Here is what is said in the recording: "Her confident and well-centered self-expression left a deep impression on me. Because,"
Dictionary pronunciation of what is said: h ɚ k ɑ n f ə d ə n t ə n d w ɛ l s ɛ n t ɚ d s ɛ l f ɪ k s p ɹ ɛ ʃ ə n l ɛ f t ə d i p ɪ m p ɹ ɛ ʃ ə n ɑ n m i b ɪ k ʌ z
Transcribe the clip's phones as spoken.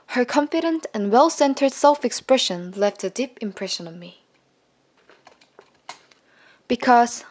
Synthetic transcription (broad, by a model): h ɚ k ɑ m f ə d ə n t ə n w ɛ l s ɛ n t ɚ d s ɛ l f ɪ k s p ɹ ɛ ʃ ə n l ɛ f t ə d i p ɪ m p ɹ ɛ ʃ ə n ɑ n m i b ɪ k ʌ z